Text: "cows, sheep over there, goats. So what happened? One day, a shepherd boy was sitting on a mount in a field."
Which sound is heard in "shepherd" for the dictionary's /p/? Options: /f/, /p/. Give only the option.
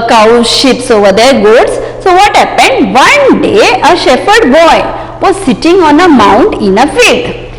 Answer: /f/